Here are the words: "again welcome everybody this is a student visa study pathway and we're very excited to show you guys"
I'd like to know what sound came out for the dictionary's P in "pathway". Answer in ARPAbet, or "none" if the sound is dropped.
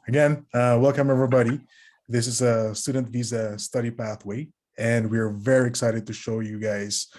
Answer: P